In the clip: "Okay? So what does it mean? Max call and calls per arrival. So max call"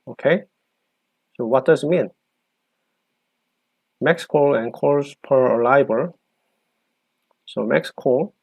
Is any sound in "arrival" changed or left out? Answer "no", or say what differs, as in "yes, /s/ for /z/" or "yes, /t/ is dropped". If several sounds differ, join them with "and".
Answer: yes, /b/ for /v/